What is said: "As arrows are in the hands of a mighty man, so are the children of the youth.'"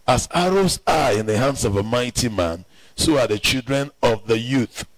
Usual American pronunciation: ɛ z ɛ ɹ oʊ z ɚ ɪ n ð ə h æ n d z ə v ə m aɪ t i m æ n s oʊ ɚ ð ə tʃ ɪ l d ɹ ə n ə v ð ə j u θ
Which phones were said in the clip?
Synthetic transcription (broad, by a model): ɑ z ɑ ɹ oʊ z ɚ ɪ n ð ə h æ n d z ə v ə m aɪ t i m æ n s oʊ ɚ ð ə tʃ ɪ l d ɹ ə n ə v ð ə j u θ